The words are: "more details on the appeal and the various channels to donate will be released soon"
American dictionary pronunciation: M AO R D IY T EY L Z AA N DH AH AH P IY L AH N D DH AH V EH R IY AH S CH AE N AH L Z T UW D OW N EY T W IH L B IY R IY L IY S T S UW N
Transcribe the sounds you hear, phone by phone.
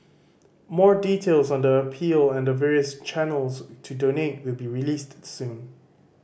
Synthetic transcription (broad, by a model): M AO R D IY T EY L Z AA N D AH AH P IY L AH N D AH V EH R IY AH S CH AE N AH L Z T UW D OW N EY T W IH L B IY R IY L IY S T S UW N